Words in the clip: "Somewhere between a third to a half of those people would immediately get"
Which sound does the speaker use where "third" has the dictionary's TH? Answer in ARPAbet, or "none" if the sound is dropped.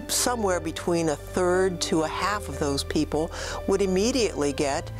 TH